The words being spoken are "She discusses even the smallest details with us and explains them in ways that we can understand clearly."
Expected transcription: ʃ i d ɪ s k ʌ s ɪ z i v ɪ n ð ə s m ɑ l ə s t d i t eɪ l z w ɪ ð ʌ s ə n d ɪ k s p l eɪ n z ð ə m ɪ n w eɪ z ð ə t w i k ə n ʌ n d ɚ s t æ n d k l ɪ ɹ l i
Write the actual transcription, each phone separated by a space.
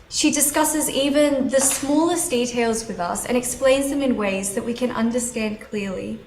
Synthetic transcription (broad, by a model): ʃ i d ɪ s k ʌ s ɪ z i v ɪ n ð ə s m ɑ l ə s d i t eɪ l z w ɪ ð ʌ s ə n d ɪ k s p l eɪ n z ð ə m ɪ n w eɪ z ð ə t w i k ə n ʌ n d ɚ s t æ n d k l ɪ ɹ l i